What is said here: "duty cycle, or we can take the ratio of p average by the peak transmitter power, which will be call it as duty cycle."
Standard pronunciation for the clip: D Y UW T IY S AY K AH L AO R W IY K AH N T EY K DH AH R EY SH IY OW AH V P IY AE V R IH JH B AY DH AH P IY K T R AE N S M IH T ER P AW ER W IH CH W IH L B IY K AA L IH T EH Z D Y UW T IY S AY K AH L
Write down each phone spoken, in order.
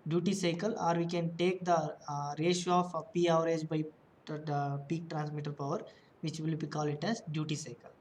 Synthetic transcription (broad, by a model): D Y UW T IY S AY K AH L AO R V IY K AH N T EY K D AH R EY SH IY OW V P IY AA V R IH JH B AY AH P IY K T R AE N S M IH T ER P AW ER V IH CH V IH L B IY K AA L IH T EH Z D Y UW T IY S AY K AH L